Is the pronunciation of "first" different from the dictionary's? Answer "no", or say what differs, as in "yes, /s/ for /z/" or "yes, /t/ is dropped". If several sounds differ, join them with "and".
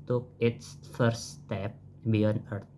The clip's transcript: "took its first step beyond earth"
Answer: yes, /s/ is dropped